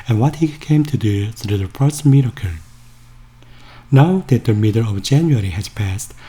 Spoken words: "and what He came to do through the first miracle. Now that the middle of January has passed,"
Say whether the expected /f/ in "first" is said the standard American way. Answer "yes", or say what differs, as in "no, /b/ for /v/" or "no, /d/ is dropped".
no, /p/ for /f/